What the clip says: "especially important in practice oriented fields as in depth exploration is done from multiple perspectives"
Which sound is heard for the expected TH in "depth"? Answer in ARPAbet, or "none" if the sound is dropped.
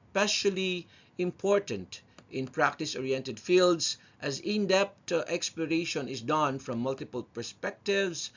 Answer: T